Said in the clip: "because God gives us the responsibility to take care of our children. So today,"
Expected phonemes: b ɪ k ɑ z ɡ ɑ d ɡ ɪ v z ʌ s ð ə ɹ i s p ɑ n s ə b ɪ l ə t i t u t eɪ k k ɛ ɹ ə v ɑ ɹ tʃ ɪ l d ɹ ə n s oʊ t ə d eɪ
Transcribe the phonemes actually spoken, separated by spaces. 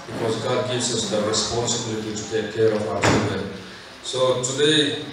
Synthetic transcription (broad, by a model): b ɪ k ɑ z ɡ ɑ d ɡ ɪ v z ʌ s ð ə ɹ i s p ɑ n s ə b ɪ l ə t i t u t eɪ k k ɛ ɹ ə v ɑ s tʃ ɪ n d ə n s oʊ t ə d eɪ